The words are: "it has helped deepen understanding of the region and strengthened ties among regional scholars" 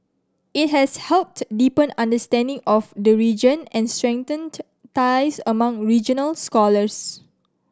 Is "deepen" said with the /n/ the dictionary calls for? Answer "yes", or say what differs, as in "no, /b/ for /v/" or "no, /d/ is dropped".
yes